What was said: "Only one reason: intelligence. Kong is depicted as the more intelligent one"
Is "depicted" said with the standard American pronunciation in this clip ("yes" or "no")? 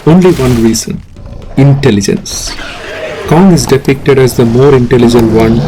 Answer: yes